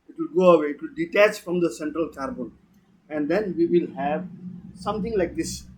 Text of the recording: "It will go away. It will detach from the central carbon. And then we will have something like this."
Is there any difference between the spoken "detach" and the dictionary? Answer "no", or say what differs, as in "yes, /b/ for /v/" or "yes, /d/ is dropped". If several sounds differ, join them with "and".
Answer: no